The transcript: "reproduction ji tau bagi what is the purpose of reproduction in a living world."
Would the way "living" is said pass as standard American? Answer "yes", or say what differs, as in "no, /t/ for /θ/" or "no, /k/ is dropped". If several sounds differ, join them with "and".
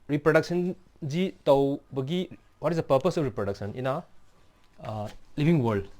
no, /b/ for /v/